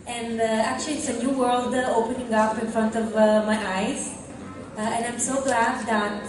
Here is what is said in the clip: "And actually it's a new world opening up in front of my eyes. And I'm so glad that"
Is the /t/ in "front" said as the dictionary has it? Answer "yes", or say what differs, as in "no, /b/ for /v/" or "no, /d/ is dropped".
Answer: yes